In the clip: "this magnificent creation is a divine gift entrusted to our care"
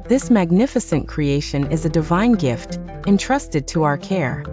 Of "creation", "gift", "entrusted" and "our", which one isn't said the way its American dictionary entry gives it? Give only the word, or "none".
none